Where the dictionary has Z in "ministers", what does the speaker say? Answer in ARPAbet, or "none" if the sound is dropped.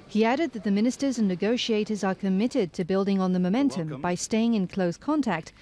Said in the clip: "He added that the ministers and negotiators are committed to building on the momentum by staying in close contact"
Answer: Z